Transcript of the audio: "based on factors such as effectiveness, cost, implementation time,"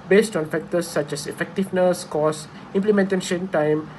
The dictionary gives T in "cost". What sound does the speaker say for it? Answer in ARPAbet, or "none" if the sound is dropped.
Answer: none